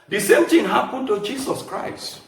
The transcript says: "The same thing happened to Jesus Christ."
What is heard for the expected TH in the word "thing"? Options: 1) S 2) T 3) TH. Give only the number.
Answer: 2